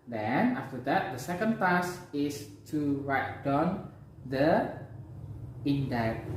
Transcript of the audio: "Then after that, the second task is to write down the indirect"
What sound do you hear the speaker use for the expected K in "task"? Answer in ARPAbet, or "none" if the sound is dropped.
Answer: none